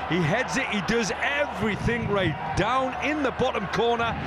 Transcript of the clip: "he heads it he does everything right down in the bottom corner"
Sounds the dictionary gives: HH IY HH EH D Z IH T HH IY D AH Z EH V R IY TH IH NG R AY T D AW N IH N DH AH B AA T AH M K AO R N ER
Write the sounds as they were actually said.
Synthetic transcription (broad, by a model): HH IY HH EH D Z IH T HH IY D AH Z EH V R IY TH IH NG R AY T D AW N IH N DH AH B AA T AH M K AO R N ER